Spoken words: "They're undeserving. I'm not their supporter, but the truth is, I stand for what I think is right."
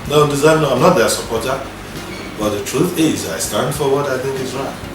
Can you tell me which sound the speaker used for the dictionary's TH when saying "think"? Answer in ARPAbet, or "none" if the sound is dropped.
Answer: TH